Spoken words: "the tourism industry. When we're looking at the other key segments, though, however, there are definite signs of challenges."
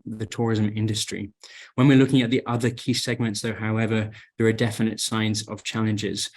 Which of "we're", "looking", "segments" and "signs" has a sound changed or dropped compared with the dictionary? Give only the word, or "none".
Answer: none